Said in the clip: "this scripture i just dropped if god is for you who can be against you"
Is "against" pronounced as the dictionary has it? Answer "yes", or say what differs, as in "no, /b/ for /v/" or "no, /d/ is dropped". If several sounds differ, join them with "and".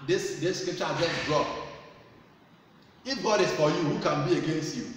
yes